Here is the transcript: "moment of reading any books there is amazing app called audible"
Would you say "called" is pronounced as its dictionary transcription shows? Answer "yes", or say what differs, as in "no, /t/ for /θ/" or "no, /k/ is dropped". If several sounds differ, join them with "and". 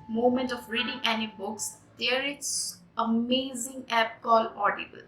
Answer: no, /d/ is dropped